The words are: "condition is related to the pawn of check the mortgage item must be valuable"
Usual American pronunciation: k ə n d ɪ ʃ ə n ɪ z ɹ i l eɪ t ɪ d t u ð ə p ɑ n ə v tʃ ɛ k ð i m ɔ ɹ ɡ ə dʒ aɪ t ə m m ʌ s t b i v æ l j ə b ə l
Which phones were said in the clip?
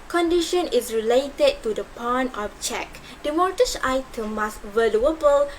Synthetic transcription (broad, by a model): k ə n d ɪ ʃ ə n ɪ s ɹ i l eɪ t ɪ d t u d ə p ɑ n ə f tʃ ɛ k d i m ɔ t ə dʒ aɪ t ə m m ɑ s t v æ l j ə b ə l